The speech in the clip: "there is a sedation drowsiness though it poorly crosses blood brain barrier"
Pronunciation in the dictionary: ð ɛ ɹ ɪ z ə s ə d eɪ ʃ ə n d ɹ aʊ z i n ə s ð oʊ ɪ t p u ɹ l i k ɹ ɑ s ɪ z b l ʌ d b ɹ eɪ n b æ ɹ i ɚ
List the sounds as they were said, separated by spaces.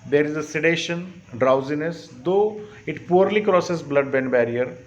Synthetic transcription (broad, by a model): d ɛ ɹ ɪ z ə s ə d eɪ ʃ ə n d ɹ aʊ z i n ə s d oʊ ɪ t p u ɹ l i k ɹ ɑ s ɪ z b l ʌ d b eɪ n b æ ɹ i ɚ